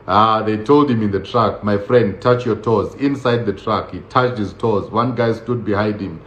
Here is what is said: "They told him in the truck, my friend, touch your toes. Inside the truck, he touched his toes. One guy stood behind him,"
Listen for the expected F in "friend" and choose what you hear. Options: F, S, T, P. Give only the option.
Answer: F